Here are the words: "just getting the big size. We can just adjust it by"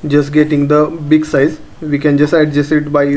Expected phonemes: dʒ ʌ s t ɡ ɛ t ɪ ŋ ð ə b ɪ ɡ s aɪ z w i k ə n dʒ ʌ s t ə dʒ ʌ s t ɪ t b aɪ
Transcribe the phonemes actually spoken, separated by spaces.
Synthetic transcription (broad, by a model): dʒ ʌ s t ɡ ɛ t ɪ ŋ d ə b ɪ ɡ s aɪ z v i k ə n dʒ ʌ s t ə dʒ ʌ s ɪ t b aɪ